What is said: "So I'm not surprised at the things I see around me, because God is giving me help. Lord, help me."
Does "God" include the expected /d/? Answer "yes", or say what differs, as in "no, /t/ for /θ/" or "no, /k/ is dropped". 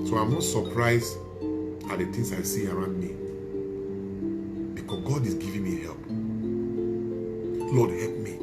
yes